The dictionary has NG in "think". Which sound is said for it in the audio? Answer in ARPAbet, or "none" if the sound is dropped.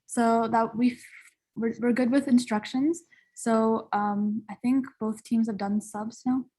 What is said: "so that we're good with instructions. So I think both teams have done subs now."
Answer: NG